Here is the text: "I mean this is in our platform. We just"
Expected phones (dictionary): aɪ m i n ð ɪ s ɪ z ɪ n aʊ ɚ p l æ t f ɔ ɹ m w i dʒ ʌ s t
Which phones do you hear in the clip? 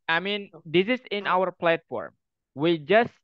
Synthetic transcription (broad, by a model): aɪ m i n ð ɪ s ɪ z ɪ n aʊ ɚ p l æ t f ɔ ɹ m w i dʒ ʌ s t